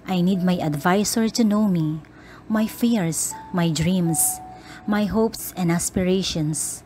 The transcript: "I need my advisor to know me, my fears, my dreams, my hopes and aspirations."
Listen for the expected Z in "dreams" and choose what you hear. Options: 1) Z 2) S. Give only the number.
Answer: 2